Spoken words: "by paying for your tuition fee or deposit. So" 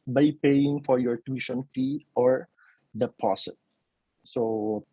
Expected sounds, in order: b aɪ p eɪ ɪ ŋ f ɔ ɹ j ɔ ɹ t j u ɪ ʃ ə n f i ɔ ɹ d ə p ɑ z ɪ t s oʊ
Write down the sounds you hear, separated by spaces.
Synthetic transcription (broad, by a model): b aɪ p eɪ ɪ ŋ f ɔ ɹ j ɔ ɹ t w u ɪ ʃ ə n f i ɔ ɹ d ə p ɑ s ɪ t s oʊ